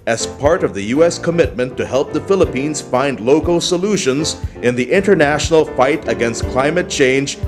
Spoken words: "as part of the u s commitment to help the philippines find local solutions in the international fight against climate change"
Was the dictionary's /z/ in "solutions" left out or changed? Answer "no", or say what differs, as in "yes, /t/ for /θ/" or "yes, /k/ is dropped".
no